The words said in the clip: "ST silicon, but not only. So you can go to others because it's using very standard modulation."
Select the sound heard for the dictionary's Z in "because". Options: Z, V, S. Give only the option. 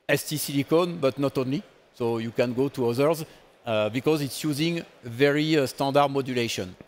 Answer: Z